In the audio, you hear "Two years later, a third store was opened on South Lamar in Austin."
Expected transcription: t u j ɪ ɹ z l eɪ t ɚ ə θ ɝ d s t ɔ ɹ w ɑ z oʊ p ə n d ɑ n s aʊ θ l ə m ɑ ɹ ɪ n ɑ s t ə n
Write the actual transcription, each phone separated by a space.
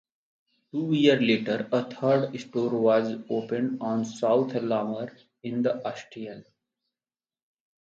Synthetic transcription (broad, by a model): t u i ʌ ɹ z l eɪ t ɚ ə t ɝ d s t ɔ ɹ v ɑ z oʊ p ə n d ɑ n s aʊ t l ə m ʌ ɹ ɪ n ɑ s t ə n